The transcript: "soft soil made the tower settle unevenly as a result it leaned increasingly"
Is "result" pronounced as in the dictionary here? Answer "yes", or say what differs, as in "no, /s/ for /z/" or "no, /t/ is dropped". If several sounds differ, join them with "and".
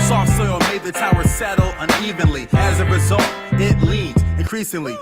yes